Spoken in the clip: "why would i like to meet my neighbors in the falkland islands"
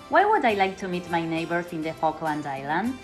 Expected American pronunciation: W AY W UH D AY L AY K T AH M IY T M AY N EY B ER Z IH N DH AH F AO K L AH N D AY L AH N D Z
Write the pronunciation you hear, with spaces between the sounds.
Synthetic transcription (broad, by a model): W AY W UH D AY L AY K T AH M IY T M AY N EY B ER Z IH N DH AH F AO K L AH N D AY L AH N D